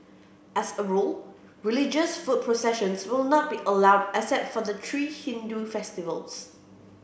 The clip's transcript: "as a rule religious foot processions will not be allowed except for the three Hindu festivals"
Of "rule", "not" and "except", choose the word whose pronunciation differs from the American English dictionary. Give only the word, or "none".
except